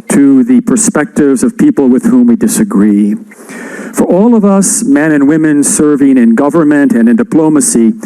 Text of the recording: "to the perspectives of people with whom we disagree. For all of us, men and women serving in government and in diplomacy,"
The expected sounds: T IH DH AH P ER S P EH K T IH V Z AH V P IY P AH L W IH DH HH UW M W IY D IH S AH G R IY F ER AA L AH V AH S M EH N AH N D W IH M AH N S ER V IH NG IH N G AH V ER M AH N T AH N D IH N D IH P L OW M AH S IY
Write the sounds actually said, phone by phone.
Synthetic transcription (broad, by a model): T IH DH AH P ER S P EH K T IH V Z AH V P IY P L W IH DH HH UW M W IY D IH S AH G R IY F ER AA L AH V AH S M EH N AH N W IH M AH N S ER V IH NG IH N G AH V ER M AH N T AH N IH N D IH P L OW M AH S IY